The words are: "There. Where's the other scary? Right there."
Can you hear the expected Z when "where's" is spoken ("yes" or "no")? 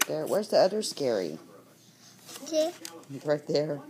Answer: yes